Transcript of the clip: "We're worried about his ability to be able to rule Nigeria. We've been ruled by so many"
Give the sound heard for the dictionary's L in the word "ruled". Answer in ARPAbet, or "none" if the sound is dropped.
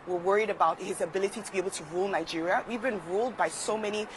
L